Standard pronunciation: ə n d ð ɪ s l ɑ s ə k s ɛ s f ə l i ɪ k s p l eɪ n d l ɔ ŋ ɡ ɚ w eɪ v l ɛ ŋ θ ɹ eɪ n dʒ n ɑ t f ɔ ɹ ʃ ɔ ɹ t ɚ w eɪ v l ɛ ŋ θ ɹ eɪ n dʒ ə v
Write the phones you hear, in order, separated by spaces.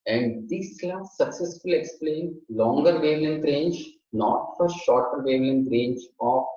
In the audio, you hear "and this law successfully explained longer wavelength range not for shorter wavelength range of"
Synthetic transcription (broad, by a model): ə n d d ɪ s l ɑ s ə k s ɛ s f ə l i k s p l eɪ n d l ɔ ŋ ɡ ɚ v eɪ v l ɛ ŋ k ɹ eɪ n dʒ n ɑ t f ɔ ɹ ʃ ɔ ɹ t ɚ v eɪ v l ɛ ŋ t ɹ eɪ n dʒ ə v